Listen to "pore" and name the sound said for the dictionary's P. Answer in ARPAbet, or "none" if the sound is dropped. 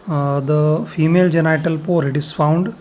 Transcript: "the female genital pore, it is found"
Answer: P